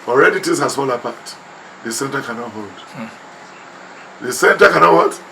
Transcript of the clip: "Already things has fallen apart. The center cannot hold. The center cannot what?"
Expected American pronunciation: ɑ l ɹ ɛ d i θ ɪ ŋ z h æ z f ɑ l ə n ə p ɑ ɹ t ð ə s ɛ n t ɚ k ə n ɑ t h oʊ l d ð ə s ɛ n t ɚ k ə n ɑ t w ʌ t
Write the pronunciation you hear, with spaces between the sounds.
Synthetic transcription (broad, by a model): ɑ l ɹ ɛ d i t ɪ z h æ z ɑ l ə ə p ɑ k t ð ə s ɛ n t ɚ k ə n ɑ t h oʊ l d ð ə s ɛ n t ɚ k ə n ɑ t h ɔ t